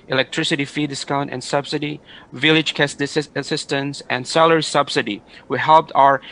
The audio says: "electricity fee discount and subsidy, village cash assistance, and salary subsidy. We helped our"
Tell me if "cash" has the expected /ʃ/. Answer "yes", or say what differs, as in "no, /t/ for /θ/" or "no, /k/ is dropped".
no, /s/ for /ʃ/